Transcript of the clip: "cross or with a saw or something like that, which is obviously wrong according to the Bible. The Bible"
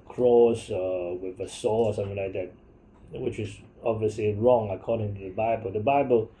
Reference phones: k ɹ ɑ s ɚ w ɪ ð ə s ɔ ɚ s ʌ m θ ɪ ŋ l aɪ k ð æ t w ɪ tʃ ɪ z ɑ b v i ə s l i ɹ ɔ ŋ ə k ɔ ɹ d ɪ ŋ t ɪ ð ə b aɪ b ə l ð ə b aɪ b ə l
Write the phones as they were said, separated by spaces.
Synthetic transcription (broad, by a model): k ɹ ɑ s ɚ w ɪ ð ə s ɔ ɚ s ʌ m θ ɪ ŋ l aɪ k ð æ t w ɪ tʃ ɪ z ɑ b v i ə s l i ɹ ɔ ŋ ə k ɔ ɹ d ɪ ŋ t ɪ ð ə b aɪ b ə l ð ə b aɪ b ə l